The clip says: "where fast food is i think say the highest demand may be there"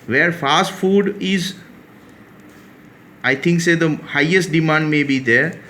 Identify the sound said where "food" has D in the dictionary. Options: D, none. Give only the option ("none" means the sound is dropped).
D